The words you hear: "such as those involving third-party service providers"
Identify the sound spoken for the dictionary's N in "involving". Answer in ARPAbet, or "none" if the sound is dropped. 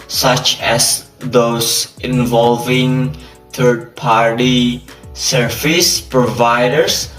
N